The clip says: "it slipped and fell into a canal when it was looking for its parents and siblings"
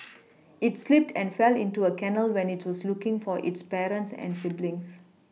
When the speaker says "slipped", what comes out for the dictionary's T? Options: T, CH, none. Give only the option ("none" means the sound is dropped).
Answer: T